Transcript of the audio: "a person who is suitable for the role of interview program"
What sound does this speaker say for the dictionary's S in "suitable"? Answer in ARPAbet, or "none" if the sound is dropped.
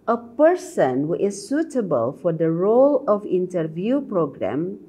S